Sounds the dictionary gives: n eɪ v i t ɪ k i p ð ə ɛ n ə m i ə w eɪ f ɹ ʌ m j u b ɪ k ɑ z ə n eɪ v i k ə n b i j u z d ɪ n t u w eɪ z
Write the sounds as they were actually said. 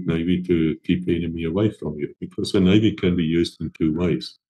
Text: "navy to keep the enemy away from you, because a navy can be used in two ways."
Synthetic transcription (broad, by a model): n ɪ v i t ɪ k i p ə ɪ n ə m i ə w eɪ f ɹ ʌ m j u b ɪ k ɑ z ə n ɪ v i k ə n b i j u z d ɪ n t u w eɪ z